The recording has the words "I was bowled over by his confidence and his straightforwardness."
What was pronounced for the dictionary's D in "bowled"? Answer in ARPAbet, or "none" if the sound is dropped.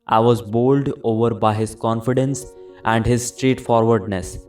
D